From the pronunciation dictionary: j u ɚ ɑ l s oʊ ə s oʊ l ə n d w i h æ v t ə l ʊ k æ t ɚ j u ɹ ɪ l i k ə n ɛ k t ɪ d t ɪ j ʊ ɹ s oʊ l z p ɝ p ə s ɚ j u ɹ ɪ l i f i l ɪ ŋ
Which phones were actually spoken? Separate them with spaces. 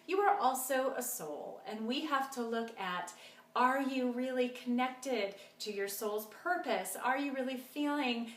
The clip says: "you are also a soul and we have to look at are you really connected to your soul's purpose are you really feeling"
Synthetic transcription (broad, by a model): j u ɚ ɑ l s oʊ ə s oʊ l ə n w i h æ f t ə l ʊ k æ t ɚ j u ɹ ɪ l i k ə n ɛ k t ɪ d t ɪ j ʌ ɹ s oʊ l z p ɝ p ə s ɚ j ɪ ɹ ɪ l i f i l ɪ ŋ